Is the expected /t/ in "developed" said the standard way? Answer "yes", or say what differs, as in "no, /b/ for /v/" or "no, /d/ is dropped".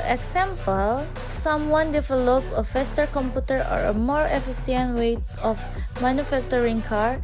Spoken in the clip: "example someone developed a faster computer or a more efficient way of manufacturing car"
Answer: no, /t/ is dropped